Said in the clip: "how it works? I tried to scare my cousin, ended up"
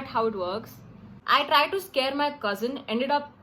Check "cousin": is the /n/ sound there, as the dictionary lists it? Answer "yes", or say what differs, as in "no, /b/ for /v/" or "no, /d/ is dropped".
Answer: yes